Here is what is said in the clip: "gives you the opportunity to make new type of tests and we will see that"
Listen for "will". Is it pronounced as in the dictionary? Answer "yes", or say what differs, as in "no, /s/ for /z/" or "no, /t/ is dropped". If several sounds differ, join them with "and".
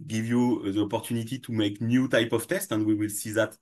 yes